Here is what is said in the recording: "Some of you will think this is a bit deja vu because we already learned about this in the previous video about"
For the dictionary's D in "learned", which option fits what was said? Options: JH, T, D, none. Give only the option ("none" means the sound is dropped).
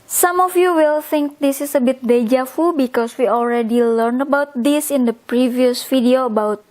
none